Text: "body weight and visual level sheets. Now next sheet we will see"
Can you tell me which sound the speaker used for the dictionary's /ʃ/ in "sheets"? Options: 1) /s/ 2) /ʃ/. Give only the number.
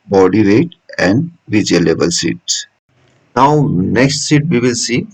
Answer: 1